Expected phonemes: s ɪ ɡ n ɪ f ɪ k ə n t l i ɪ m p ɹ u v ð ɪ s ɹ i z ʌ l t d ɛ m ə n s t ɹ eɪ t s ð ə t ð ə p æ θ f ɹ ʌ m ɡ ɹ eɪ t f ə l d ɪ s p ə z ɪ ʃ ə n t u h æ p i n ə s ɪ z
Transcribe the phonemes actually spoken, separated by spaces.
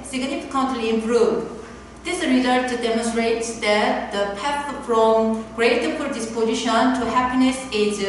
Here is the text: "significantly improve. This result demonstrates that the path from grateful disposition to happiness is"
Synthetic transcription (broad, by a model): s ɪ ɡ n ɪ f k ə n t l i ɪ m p ɹ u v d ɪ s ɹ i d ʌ t d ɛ m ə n s t ɹ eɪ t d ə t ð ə p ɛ f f ɹ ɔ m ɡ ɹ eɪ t p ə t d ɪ s p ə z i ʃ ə n t u h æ p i n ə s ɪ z